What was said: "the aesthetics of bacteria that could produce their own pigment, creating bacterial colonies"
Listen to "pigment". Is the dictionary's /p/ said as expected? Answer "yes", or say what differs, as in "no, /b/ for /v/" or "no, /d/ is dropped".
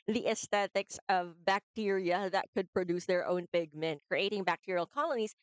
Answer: no, /b/ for /p/